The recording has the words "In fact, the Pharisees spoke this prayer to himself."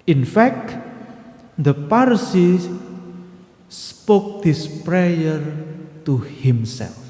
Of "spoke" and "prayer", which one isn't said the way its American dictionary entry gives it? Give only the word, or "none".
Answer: none